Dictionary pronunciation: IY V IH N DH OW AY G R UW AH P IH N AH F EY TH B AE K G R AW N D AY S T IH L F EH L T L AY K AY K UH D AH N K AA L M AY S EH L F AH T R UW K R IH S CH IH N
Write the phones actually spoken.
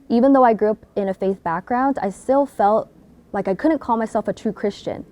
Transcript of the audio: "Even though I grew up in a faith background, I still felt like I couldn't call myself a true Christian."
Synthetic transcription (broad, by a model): IY V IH N DH OW AY G R UW AH P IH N AH F EY TH B AE K G R AW N D AY S T IH L F EH L T L AY K AY K UH D N K AA L M AY S EH L F AH T R UW K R IH S CH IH N